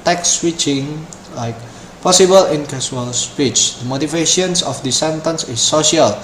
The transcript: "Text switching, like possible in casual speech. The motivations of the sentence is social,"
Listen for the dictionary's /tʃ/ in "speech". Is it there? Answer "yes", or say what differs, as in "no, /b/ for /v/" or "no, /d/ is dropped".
yes